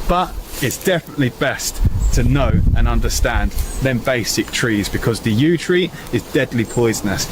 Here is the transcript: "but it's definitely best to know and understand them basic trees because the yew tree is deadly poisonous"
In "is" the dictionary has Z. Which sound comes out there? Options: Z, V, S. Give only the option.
Z